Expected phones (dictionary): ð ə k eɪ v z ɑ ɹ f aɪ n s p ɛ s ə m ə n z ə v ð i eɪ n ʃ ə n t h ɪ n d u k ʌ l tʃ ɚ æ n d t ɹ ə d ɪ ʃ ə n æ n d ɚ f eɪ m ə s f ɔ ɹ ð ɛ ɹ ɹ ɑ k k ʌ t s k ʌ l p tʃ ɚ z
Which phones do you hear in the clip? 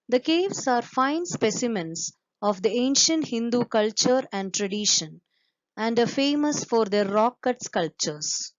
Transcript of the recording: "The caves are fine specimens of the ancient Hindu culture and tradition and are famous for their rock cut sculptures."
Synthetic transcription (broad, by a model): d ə k eɪ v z ɑ ɹ f aɪ n s p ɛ s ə m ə n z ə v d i eɪ n ʃ ə n t h ɪ n d u k ʌ l tʃ ɚ æ n d t ɹ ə d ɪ ʃ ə n æ n d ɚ f eɪ m ə s f ɔ ɹ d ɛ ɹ ɹ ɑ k k ʌ t s k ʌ l p tʃ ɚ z